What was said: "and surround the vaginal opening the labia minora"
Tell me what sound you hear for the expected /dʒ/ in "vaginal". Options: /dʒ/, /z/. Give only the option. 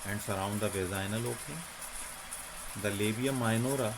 /z/